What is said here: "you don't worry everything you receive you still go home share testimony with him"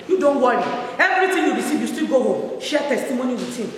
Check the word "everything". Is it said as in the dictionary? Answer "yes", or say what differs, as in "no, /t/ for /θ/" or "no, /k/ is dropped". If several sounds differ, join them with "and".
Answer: no, /t/ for /θ/